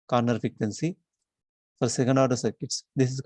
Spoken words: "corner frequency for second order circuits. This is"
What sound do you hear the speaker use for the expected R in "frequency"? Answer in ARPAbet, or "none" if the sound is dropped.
none